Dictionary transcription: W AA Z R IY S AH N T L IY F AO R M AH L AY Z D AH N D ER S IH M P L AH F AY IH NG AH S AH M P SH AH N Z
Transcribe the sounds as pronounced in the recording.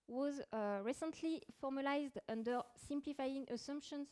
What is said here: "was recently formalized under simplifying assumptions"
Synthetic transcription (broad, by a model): W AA Z R IY S AH N T L IY F AO R M AH L AY Z D AH N D ER S IH M P L AH F AY IH NG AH S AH M P SH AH N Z